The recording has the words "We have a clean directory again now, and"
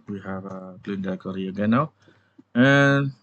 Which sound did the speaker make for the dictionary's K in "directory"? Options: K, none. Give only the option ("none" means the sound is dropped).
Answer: none